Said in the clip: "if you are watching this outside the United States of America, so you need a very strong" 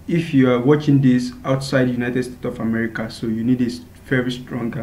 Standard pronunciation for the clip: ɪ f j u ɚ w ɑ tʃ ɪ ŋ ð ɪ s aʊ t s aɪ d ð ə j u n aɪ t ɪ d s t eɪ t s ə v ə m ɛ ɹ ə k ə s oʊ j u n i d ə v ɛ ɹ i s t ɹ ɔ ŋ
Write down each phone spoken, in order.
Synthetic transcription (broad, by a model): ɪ f j u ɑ w ɑ tʃ ɪ ŋ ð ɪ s aʊ t s aɪ d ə j u n aɪ t ɪ d s t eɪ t ə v ə m ɛ ɹ ə k ə s oʊ j u n i d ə v ɛ ɹ i s t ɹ ɔ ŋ